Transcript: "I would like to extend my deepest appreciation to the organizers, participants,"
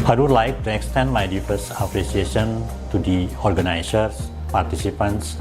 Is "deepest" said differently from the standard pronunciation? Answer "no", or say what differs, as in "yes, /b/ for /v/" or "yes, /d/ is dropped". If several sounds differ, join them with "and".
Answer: yes, /f/ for /p/ and /t/ is dropped